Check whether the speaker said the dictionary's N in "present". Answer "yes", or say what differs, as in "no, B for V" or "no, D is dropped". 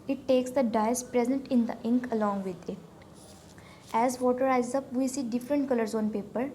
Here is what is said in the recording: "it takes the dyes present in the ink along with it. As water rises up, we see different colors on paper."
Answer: yes